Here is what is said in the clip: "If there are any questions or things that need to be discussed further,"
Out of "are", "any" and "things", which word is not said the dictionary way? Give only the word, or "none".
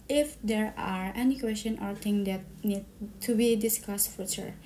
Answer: things